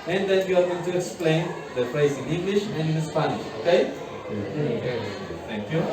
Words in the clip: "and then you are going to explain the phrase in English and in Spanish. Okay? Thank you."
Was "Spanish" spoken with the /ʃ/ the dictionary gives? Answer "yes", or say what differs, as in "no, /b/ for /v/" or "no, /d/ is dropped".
yes